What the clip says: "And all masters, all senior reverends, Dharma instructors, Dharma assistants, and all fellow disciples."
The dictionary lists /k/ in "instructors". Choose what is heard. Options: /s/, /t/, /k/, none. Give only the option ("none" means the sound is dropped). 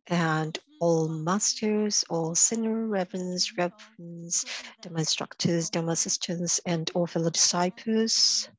/k/